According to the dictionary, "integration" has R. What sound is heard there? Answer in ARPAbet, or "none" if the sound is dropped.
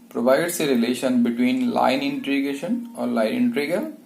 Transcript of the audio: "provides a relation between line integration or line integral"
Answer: none